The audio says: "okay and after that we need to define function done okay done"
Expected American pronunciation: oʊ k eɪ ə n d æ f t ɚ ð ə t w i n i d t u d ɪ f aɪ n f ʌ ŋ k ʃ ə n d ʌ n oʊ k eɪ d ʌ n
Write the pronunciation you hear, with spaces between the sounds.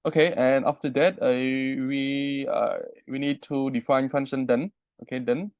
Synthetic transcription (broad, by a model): oʊ k eɪ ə n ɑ f t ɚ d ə t w i n i d t u d ɪ f aɪ n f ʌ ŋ ʃ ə n d ʌ n oʊ k eɪ d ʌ n